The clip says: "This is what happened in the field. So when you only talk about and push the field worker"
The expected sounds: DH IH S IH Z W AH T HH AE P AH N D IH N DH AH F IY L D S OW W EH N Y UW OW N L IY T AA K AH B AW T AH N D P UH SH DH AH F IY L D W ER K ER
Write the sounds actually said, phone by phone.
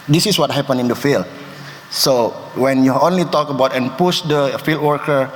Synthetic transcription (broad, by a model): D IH S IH S W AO T HH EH P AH N IH N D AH F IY L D S OW W EH N Y UW OW N L IY T AA K AH B AW T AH N P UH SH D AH F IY L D W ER K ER